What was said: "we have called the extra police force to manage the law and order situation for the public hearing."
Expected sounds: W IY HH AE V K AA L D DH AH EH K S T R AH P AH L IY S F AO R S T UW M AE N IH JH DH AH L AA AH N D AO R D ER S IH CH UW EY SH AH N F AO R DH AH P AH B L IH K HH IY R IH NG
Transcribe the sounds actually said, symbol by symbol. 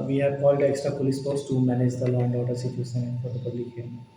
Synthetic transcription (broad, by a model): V IY HH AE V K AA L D EH K S T R AH P AH L IY S P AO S T UW M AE N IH JH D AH L AA AH N D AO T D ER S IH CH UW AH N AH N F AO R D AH P AH B L IH K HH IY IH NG